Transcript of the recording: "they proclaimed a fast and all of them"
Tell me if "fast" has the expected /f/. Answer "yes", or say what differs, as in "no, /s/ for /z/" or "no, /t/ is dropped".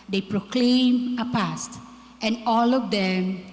no, /p/ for /f/